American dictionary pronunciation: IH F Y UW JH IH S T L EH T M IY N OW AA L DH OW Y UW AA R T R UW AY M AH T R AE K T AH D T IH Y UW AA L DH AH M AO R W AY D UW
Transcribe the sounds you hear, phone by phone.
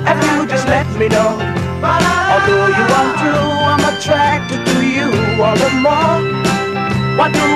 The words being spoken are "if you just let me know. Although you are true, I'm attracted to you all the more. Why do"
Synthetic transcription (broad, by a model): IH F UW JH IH L EH T M IY N OW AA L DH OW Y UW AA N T UW AY M AH T R AE K T AH D T IH Y UW AA L DH AH M AO R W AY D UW